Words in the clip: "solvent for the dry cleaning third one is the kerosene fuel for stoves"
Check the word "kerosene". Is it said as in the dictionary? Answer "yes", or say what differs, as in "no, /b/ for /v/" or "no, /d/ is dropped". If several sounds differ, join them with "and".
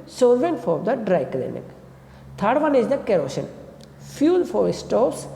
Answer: no, /ʃ/ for /s/